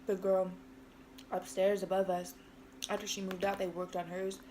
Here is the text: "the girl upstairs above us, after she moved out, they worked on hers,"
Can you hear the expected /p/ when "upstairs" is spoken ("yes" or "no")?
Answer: yes